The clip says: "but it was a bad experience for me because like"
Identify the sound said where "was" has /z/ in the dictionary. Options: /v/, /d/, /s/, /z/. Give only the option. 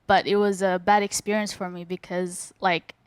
/z/